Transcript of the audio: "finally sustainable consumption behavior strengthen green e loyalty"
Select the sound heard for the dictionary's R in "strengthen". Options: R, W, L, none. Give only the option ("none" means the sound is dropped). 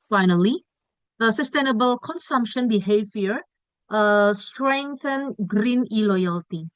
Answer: R